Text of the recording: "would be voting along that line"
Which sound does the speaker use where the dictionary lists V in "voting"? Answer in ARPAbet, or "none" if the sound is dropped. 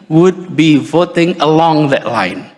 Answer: V